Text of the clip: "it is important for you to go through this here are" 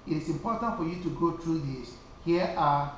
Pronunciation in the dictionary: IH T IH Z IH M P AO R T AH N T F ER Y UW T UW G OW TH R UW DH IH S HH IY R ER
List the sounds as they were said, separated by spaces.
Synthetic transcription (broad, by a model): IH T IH S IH M P AO T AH N T F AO Y UW T UW G OW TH R UW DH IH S HH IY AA